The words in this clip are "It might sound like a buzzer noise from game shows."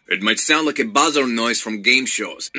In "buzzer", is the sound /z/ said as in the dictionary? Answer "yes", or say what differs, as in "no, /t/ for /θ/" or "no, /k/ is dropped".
yes